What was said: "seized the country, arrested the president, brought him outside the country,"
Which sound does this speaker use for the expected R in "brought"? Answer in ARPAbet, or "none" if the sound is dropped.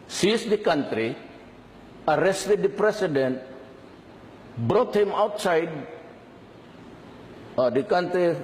R